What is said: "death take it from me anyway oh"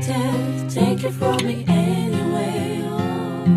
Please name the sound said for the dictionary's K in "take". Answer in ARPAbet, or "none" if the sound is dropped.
K